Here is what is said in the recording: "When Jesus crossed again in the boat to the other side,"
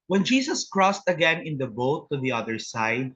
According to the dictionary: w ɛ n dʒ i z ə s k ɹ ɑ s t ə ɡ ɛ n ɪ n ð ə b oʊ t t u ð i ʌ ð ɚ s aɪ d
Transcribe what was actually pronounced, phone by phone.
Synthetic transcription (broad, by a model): w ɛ n dʒ i s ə s k ɹ ɑ s t ə ɡ ɛ n ɪ n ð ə b oʊ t t u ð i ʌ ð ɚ s aɪ d